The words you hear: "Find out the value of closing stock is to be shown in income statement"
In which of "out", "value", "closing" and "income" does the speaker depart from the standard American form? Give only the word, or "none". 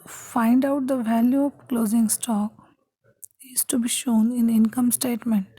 none